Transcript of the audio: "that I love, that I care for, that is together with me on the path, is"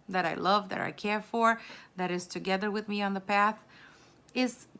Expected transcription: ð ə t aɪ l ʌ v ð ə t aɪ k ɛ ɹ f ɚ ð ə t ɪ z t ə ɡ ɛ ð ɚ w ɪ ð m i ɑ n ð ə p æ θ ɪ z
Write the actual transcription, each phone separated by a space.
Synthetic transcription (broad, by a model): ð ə t aɪ l ʌ v ð ə t aɪ k ɛ ɹ f ɚ ð ə t ɪ z t ə ɡ ɛ ð ɚ w ɪ ð m i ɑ n ð ə p æ θ ɪ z